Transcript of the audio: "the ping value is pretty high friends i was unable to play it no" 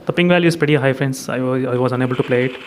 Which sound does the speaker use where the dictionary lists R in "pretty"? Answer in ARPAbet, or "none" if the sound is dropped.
none